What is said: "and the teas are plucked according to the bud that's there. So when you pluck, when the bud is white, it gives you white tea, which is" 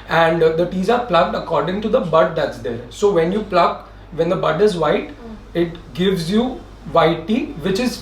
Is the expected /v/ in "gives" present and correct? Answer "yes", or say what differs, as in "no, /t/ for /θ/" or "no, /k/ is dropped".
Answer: yes